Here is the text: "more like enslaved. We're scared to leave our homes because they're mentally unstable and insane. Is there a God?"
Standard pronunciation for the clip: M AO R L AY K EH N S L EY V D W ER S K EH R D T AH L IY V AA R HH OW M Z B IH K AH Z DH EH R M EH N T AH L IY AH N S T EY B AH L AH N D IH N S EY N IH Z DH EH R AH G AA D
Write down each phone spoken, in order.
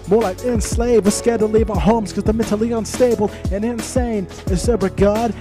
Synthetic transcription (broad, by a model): M AO R L AY K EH N S L EY V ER S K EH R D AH L IY V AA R HH OW M Z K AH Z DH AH M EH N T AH L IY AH N S T EY B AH L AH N IH N S EY N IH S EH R AH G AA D